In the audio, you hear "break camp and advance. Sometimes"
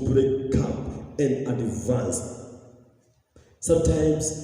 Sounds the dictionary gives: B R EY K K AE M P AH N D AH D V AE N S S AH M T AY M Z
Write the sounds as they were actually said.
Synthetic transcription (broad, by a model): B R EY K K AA P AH N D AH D V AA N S S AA M T AY M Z